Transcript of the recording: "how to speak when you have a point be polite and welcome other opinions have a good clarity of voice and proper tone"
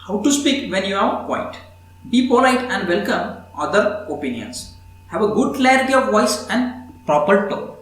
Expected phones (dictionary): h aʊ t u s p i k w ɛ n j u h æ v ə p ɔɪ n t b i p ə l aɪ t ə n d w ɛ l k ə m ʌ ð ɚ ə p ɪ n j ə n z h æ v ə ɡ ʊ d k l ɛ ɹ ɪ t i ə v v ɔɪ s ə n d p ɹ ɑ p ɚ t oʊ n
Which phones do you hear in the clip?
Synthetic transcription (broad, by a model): h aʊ t u s p i k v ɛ n j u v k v ə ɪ t b i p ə l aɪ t ə n d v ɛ l k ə m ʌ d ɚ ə p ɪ n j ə n s h æ v ə ɡ ʊ d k l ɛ ɹ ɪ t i ə v v ɔɪ s ə n d p ɹ ɑ p ɚ t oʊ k